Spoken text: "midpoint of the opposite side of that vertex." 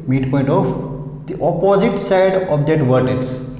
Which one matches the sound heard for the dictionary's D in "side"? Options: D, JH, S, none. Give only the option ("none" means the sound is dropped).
D